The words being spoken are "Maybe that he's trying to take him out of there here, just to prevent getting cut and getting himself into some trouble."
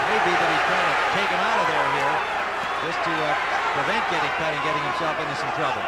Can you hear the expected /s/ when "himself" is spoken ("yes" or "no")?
no